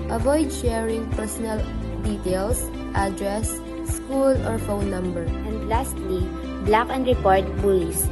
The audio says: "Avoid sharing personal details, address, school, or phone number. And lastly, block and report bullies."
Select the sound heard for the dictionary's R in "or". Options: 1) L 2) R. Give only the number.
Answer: 2